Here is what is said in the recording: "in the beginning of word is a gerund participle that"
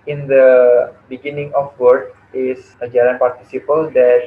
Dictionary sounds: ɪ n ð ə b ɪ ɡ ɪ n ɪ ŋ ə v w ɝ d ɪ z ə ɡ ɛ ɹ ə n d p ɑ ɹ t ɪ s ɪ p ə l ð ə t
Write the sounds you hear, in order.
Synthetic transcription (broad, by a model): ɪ n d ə b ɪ ɡ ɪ n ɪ ŋ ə f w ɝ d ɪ s ə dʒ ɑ ɹ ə n p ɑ ɹ t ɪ s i p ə l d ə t